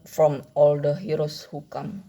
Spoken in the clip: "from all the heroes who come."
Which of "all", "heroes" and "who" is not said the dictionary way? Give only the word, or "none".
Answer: heroes